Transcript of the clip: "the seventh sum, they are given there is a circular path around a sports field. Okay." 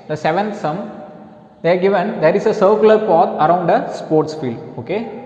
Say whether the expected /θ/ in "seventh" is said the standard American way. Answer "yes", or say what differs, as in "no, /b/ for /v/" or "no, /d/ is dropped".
no, /t/ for /θ/